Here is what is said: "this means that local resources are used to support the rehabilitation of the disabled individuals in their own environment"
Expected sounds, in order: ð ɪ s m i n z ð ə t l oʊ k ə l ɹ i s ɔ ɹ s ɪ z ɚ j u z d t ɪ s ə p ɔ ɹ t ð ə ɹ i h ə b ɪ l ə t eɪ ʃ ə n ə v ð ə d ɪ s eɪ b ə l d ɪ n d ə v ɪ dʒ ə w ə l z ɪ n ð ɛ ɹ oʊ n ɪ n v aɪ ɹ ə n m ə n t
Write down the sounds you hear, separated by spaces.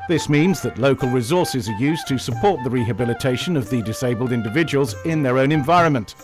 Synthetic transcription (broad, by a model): ð ɪ s m i n z ð ə t l oʊ k ə l ɹ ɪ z ɔ ɹ s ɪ z ɚ j u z t ɪ s ə p ɔ ɹ t ð ə ɹ i h ə b ɪ l ə t eɪ ʃ ə n ə v ð ə d ɪ s eɪ b ə l d ɪ n d ə v ɪ dʒ ə w ə l z ɪ n ð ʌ ɹ oʊ n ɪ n v aɪ ɹ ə n m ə n t